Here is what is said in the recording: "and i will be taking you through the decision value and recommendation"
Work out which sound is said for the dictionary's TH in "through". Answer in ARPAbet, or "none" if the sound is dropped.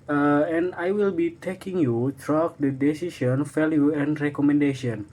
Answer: T